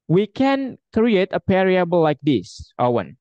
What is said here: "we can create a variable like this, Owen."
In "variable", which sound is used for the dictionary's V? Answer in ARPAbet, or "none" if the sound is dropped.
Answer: P